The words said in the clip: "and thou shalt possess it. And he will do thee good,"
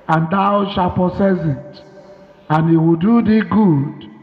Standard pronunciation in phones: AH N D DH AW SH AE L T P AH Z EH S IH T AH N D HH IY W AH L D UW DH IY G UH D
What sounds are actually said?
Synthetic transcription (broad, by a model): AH N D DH AW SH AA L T P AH S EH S IH T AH N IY W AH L D UW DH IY G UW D